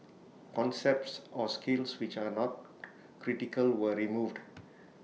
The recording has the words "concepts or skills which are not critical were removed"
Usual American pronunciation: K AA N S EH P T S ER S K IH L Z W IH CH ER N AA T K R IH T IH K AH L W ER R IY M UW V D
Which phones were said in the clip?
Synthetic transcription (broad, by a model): K AA N S EH P T S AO S K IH L S W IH CH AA N AA T K R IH T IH K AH L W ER R IY M UW V D